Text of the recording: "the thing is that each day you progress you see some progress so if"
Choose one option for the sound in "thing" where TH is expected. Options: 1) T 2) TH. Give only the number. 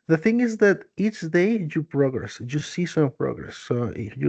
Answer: 2